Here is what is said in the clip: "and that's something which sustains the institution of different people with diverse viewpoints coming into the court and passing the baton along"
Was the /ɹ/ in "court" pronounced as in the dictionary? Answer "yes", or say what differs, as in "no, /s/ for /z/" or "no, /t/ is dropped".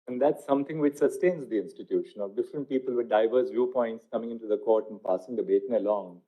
yes